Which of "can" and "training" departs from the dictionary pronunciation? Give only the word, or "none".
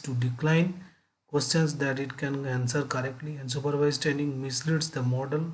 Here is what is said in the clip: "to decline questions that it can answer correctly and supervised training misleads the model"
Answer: training